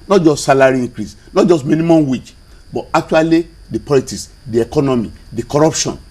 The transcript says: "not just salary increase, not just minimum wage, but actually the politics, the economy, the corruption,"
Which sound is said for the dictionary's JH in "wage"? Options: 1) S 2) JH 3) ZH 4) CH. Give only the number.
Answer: 4